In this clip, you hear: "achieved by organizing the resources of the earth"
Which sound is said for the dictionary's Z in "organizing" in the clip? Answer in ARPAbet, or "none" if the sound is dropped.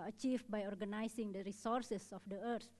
S